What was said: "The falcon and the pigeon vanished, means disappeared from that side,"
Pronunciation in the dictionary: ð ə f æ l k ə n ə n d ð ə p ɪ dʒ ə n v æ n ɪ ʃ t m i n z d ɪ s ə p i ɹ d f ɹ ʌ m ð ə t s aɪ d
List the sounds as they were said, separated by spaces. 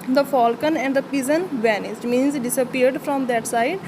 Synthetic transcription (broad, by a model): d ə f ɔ l k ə n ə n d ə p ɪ z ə n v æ n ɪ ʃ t m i n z d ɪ s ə p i ɹ d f ɹ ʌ m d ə t s aɪ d